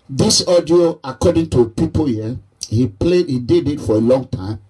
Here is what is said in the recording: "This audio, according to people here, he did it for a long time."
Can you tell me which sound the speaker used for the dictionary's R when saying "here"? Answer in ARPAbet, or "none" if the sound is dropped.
L